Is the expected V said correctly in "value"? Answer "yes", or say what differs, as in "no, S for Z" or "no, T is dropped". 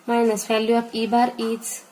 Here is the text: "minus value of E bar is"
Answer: no, F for V